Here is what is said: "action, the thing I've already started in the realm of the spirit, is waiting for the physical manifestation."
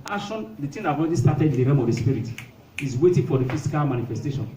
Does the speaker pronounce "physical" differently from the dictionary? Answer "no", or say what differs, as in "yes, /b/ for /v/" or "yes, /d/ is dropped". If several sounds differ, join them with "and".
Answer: yes, /s/ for /z/